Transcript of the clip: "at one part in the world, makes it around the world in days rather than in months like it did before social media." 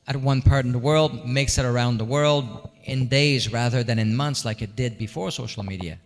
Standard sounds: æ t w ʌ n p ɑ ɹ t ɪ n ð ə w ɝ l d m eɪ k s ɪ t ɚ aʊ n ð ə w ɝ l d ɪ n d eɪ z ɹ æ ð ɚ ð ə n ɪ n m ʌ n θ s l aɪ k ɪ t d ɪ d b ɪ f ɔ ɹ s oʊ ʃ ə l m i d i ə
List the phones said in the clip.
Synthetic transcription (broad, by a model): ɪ t w ʌ n p ɑ ɹ t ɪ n ð ə w ɝ l d m eɪ k s ɪ t ɚ aʊ n ð ə w ɝ l d ɪ n d eɪ z ɹ æ ð ɚ ð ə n ɪ n m ʌ n θ s l aɪ k ɪ t d ɪ d b ɪ f ɔ ɹ s oʊ ʃ l m i d i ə